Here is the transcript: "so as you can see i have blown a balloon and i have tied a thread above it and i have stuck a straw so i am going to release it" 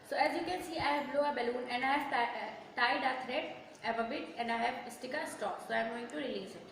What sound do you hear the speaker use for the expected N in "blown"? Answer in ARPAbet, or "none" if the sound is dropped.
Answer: none